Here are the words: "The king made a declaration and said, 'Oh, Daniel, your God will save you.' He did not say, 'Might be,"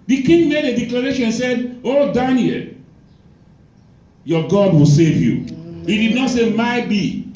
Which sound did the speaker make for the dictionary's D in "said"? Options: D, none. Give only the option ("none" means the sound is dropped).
D